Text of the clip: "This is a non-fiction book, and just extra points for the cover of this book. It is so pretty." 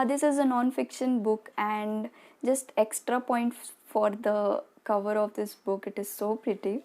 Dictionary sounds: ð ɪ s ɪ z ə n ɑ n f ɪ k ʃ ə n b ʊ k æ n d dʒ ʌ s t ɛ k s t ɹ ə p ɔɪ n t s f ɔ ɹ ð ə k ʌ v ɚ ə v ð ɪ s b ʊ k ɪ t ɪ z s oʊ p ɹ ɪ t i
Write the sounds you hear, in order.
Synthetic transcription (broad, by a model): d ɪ s ɪ z ə n ɑ n f ɪ k ʃ ə n b ʊ k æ n d dʒ ʌ s t ɛ k s t ɹ ə p ɔɪ n t f ɔ ɹ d ə k ʌ v ɚ ə v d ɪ s b ʊ k ɪ t ɪ z s oʊ p ɹ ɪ t i